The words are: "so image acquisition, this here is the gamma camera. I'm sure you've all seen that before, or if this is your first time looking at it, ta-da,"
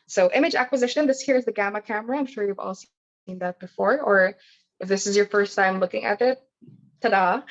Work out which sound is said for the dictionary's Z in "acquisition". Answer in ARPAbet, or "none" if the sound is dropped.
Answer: Z